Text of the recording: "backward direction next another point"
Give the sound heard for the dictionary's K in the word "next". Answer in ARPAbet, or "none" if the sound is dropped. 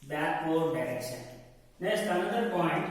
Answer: none